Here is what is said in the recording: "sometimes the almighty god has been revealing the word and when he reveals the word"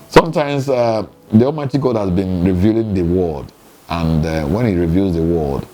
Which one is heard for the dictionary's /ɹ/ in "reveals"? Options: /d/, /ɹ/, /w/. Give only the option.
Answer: /ɹ/